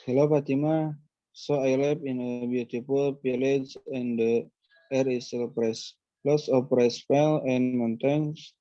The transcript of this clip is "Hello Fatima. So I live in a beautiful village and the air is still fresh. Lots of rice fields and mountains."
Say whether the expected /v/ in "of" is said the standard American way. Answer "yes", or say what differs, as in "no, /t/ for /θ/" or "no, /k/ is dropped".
no, /p/ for /v/